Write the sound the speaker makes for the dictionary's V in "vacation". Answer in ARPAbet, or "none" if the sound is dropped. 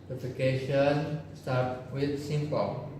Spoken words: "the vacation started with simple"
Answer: F